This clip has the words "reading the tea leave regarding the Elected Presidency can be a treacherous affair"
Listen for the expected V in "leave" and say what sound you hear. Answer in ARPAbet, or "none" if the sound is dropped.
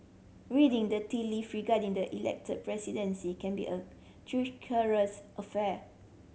F